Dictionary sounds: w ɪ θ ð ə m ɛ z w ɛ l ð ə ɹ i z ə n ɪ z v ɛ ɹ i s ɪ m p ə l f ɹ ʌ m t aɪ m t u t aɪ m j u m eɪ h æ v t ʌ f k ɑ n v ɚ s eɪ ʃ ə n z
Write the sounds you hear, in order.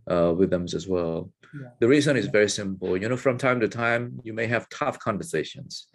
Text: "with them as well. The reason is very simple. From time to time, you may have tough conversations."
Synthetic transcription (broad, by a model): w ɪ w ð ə m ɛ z w ɛ l ð ə ɹ i z ə n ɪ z v ɛ ɹ i s ɪ m p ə n f ɹ ʌ m t aɪ m t u t aɪ m j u m eɪ h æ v t ʌ f k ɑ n v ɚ s eɪ ʃ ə n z